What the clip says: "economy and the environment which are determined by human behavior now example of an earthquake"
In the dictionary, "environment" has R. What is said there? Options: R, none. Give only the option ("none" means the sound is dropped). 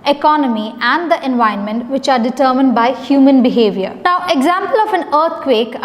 none